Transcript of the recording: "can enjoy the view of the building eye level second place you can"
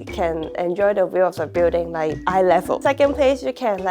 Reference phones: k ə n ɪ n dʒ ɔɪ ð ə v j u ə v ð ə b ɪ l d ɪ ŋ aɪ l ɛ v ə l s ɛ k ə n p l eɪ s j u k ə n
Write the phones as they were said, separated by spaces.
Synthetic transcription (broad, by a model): k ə n ɪ n dʒ ɔɪ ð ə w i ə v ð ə b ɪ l d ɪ ŋ aɪ l ɛ v ə l s ɛ k ə n p l eɪ s j u k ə n